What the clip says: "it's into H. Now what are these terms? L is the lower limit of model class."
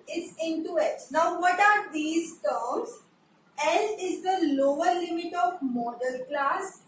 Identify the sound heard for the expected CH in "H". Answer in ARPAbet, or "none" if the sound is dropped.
S